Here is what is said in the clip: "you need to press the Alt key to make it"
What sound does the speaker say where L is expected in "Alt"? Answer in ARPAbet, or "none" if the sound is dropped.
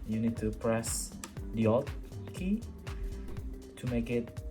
none